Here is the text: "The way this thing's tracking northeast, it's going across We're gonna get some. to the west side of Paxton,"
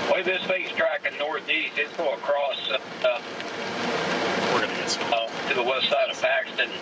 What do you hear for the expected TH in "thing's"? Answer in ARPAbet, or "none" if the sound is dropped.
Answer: F